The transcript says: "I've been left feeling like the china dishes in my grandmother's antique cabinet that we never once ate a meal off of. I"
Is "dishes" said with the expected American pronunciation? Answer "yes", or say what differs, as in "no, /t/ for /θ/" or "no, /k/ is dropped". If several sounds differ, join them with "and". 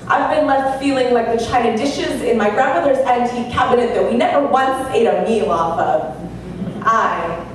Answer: yes